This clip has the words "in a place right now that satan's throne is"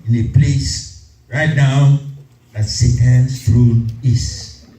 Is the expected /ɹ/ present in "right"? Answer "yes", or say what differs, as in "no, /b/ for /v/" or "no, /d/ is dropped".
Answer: yes